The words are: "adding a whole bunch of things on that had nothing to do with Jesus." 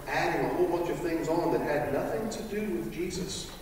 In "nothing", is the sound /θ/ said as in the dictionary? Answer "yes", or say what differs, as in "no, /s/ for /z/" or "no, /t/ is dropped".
yes